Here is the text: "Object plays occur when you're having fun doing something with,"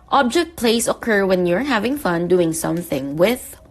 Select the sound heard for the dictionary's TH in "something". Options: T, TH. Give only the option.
TH